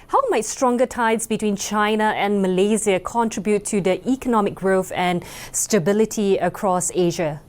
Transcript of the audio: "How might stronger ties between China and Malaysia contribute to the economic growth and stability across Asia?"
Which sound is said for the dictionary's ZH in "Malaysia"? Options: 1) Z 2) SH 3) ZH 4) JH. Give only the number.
1